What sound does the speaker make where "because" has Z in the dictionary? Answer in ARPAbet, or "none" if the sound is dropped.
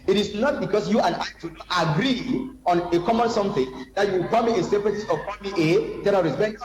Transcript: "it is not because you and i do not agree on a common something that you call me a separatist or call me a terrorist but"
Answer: S